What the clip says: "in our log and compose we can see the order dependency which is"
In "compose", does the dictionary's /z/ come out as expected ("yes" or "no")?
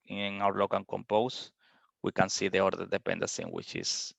no